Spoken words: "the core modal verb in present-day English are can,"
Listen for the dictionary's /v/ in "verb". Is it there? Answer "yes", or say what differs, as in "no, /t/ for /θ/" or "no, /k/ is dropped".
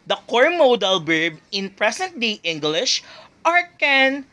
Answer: no, /b/ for /v/